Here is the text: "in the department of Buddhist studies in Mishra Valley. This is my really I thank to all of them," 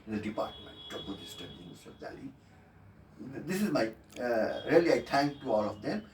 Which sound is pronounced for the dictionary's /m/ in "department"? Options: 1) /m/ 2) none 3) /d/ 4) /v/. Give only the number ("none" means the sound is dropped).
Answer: 1